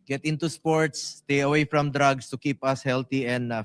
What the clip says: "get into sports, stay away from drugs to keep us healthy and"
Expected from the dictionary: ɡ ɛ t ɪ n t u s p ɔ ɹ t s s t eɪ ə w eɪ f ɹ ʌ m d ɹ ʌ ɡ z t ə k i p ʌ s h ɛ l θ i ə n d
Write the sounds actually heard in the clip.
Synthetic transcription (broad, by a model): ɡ ɛ t ɪ n t u s p ɔ ɹ t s s t eɪ ə w eɪ f ɹ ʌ m d ɹ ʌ ɡ s t ə k i p ʌ s h ɛ l t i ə n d